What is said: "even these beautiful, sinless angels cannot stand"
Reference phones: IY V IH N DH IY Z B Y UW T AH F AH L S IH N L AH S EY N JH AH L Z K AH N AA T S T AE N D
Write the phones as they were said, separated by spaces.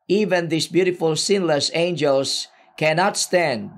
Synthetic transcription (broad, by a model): IY V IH N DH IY S B Y UW T AH F AH L S IH N L AH S EY N JH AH L S K AH N AA T S T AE N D